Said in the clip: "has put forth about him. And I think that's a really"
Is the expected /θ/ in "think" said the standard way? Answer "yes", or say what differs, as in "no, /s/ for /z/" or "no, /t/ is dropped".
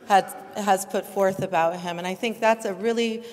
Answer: yes